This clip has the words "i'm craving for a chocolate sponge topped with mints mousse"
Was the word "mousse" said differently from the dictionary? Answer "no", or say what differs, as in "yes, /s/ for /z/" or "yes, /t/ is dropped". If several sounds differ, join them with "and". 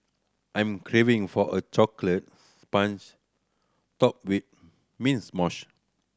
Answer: yes, /ʃ/ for /s/